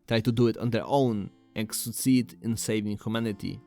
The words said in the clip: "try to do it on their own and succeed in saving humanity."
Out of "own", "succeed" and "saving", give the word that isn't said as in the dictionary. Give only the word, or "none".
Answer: succeed